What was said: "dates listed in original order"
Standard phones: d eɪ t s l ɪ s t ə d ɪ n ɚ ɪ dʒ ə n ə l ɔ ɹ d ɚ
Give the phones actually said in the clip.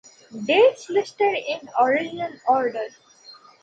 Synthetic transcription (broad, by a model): d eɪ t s l ɪ s t ə d ɪ n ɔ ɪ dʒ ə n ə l ɔ ɹ d ɚ